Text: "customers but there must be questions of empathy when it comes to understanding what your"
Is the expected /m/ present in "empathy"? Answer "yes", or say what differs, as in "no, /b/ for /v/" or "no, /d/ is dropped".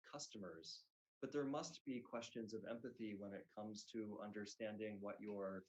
yes